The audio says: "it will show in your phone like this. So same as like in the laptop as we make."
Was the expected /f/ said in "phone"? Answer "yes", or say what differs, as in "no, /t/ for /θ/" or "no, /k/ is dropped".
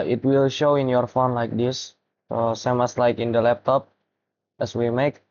yes